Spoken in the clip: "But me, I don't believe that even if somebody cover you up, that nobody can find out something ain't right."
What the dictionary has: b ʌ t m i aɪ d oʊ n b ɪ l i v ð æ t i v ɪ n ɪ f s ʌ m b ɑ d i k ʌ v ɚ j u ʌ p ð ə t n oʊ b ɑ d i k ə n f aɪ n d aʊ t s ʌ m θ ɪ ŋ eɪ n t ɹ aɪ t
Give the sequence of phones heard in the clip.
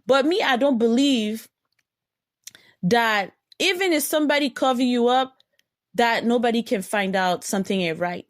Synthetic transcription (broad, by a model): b ʌ t m i aɪ d oʊ n b ɪ l i v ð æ t i v ɪ n ɪ f s ʌ m b ɑ d i k ʌ v ɚ j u ʌ p ð ə t n oʊ b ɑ d i k ə n f aɪ n d aʊ t s ʌ m θ ɪ ŋ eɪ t ɹ aɪ t